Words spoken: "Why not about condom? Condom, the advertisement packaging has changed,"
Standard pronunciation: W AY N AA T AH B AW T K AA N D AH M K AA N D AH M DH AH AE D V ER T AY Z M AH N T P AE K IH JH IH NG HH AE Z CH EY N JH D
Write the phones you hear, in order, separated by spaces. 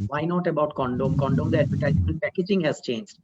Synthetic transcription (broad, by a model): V AY N AA T AH B AW T K AA N D AH M K AA N D AH M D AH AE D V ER T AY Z AH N P AE K IH JH IH NG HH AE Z CH EY N JH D